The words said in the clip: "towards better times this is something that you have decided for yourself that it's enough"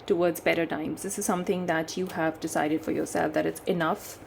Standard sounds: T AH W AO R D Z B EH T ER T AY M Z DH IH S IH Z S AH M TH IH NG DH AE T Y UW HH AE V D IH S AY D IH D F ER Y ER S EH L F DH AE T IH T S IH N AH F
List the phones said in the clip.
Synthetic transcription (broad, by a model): T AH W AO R D Z B EH T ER T AY M Z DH IH S IH Z S AH M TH IH NG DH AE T Y UW HH AE V D IH S AY D IH D F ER Y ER S EH L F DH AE T IH T S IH N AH F